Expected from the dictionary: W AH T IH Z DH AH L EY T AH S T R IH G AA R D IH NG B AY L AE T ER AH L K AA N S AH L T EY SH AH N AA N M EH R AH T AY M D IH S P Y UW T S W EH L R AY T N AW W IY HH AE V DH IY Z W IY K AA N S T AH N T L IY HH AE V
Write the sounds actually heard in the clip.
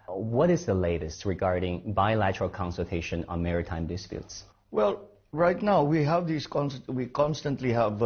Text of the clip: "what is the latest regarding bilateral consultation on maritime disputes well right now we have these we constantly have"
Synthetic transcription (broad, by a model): W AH T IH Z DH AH L EY T AH S T R IH G AA R D IH NG B AY L AE T ER AH L K AA N S AH L T EY SH AH N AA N M EH R AH T AY M D IH S P Y UW T S W EH L R AY T N AW W IY HH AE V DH IY S W IY K AA N S T AH N T L IY HH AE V